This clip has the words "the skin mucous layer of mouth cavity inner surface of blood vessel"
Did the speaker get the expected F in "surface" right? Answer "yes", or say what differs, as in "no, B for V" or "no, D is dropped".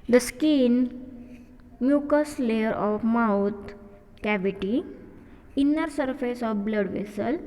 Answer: yes